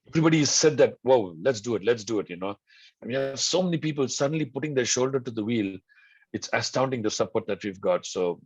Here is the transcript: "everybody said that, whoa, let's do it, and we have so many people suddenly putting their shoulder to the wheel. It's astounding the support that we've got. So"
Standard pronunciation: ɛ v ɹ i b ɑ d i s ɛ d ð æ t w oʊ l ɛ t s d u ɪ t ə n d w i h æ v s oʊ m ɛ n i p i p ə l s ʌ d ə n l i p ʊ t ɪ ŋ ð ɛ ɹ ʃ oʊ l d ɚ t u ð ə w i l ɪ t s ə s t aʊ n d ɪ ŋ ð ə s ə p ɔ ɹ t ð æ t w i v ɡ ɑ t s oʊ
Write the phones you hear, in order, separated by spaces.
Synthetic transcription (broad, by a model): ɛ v ɹ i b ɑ d i s ɛ d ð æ t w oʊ l ɛ t s d u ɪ t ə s d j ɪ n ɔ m s oʊ m ɛ n i p i p ə l s ʌ d ə n l i p ʊ t ɪ ŋ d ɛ ɹ ʃ oʊ l d ɚ t u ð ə w i l ɪ t s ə s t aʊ n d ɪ ŋ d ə s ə p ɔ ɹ t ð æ t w i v ɡ ɑ t s oʊ